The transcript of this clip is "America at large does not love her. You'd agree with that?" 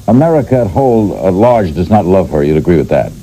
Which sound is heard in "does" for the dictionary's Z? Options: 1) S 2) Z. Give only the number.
2